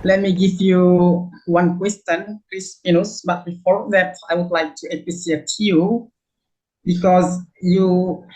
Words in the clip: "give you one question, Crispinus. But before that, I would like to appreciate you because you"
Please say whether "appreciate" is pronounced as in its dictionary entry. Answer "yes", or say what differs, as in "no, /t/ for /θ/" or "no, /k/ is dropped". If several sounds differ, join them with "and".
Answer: no, /s/ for /ʃ/